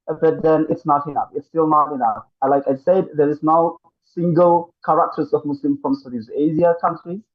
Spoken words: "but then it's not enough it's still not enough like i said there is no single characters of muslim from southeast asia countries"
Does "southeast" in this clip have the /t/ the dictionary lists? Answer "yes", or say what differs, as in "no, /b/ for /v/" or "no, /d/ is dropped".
no, /t/ is dropped